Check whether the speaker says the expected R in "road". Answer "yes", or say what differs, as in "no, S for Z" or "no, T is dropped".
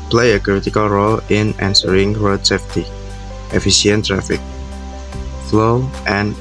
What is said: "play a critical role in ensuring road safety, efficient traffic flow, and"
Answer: no, W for R